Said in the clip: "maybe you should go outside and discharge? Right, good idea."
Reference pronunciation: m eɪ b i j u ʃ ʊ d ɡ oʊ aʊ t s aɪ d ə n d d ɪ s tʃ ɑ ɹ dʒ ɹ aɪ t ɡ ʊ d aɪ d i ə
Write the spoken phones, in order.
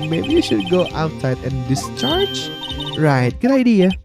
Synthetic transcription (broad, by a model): m eɪ b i j u ʃ ʊ d ɡ oʊ aʊ t s aɪ d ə n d d ɪ s tʃ ɑ ɹ dʒ ɹ aɪ t ɡ ʊ d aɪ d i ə